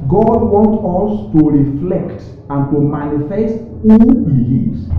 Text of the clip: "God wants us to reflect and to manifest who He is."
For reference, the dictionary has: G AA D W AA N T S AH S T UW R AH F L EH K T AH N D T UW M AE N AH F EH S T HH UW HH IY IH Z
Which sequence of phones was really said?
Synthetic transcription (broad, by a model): G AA D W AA N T AH S T UW R AH F L EH K T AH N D T UW M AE N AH F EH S T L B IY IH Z